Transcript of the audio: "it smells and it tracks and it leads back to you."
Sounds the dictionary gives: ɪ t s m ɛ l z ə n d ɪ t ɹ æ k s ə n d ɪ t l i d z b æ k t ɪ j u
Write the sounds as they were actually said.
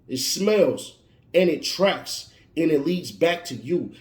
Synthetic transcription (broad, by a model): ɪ t s m ɛ l z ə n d ɪ t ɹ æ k s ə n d ɪ t l i d z b æ k t ɪ j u